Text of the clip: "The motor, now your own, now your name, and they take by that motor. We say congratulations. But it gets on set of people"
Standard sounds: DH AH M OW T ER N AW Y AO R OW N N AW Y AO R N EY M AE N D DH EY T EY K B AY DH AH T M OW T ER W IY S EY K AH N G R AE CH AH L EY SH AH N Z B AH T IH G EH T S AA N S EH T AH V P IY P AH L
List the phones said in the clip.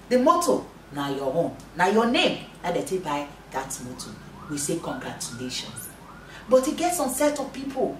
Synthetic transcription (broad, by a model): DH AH M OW T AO N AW Y AO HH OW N N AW Y AO N EY M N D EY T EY B AY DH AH T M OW T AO W IY S EY K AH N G R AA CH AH L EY SH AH N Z B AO T IH G EH T S AA N S EH T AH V P IY P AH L